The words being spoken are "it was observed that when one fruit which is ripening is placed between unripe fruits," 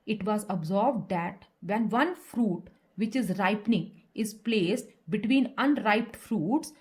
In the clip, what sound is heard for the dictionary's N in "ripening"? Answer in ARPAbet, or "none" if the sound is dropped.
N